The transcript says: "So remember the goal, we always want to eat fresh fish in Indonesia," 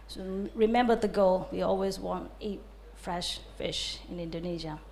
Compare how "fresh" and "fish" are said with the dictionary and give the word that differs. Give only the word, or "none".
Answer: none